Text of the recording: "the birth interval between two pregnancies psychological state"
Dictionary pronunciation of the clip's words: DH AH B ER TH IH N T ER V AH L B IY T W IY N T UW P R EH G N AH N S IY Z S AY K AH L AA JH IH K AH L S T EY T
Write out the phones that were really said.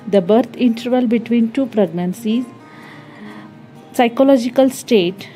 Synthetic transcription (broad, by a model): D AH B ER T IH N T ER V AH L B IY T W IY N T UW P R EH G N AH N S IY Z S AY K AH L AA JH IH K AH L S T EY T